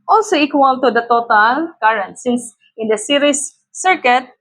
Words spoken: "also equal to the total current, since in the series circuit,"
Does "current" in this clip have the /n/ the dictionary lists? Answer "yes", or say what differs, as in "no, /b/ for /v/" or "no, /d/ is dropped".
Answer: yes